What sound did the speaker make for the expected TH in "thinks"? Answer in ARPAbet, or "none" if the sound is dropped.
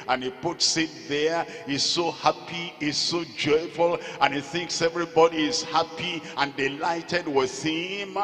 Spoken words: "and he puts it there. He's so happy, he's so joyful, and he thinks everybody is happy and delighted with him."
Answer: TH